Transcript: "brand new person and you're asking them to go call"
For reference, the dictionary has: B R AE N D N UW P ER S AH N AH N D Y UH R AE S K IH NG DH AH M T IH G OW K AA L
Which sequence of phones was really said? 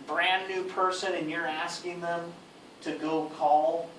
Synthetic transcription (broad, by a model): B R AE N N UW P ER S AH N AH N Y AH R AE S K IH NG DH AH M T IH G OW K AA L